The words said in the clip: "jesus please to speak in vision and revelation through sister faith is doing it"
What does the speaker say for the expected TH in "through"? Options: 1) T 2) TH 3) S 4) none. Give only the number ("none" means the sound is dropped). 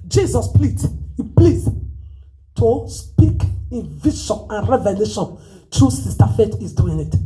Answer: 1